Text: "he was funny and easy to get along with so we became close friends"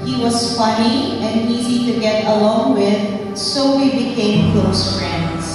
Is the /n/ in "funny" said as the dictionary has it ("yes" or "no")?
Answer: no